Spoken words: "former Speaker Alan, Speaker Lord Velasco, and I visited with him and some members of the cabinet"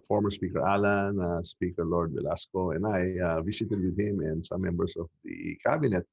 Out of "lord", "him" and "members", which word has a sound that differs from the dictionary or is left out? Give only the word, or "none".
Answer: members